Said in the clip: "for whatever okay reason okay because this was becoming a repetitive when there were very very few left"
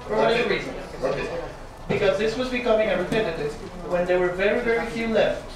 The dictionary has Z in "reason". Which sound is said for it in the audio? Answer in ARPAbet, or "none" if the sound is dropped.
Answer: Z